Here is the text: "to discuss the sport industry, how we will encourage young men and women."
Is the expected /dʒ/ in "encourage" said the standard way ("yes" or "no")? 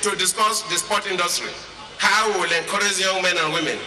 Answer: no